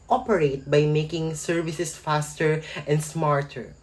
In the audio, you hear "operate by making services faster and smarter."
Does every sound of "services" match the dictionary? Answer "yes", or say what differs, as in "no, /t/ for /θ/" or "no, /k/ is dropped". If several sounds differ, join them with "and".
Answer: no, /s/ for /z/